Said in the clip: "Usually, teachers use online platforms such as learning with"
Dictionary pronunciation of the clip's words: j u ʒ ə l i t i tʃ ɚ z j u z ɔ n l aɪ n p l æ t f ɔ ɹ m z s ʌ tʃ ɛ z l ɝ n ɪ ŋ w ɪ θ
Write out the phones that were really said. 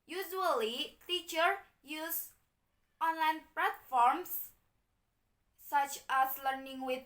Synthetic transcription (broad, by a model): j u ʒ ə l i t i tʃ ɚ j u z ɔ n l aɪ n p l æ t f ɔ ɹ m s s ʌ tʃ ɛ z l ɝ n ɪ ŋ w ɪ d